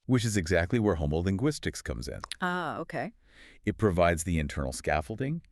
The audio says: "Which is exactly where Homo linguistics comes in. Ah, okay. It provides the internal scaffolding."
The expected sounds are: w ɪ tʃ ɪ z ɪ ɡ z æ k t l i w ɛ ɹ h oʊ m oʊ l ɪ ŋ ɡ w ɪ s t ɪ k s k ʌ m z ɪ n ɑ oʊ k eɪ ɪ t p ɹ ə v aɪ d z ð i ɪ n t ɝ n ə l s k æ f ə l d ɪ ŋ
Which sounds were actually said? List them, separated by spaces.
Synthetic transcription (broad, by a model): w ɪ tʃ ɪ z ɪ ɡ z æ k t l i w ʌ ɹ h oʊ m oʊ l ɪ ŋ ɡ w ɪ s t ɪ k s k ʌ m z ɪ n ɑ oʊ k eɪ ɪ t p ɹ ə v aɪ d z ð i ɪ n t ɝ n l s k æ f l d ɪ ŋ